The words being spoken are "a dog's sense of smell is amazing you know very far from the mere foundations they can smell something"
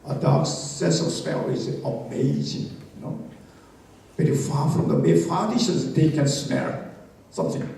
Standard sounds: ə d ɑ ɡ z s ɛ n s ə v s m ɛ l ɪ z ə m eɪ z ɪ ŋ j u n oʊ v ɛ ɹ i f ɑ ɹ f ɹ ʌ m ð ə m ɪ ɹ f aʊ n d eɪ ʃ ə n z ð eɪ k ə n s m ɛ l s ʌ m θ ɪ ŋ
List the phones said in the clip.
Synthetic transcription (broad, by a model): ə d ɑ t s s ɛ s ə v s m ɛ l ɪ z ə m eɪ z ɪ ŋ j u n oʊ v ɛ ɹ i f ɑ f ɹ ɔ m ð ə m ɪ f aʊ d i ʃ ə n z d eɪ k ə n s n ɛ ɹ s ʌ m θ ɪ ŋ